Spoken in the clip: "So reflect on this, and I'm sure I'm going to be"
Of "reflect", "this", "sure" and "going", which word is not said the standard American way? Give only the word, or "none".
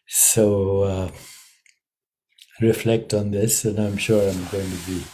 none